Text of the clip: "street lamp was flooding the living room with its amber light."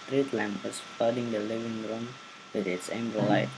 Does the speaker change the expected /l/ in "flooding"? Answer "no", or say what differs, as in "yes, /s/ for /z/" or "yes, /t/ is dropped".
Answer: yes, /l/ is dropped